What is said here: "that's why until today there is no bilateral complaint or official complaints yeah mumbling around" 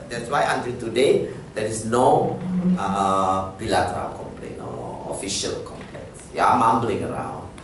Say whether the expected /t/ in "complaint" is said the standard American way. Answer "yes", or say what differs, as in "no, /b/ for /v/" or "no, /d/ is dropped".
no, /t/ is dropped